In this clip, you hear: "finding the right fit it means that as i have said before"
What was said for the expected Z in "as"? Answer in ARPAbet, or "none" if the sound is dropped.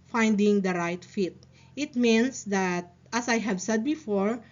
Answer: S